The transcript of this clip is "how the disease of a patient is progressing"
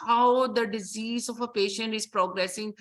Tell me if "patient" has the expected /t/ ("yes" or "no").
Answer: yes